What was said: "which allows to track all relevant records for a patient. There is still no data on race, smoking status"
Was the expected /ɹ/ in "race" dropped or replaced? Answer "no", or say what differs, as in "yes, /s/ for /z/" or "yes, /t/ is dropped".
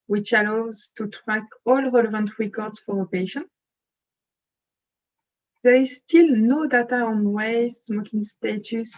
yes, /w/ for /ɹ/